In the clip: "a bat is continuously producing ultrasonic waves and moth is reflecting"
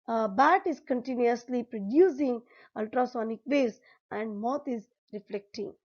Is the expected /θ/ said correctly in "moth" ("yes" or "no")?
no